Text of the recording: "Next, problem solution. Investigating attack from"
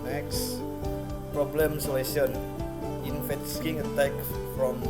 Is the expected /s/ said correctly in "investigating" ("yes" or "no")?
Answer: no